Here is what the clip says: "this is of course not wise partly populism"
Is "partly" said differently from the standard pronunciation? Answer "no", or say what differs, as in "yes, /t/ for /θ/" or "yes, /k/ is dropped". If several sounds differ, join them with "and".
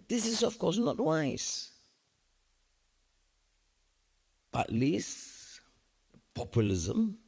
yes, /b/ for /p/